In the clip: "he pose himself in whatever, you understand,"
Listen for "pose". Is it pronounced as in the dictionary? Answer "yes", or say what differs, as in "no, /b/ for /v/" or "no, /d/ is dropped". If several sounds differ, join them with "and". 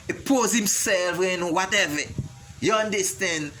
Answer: yes